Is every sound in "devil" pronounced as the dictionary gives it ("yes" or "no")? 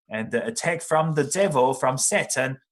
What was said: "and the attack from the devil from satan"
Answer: yes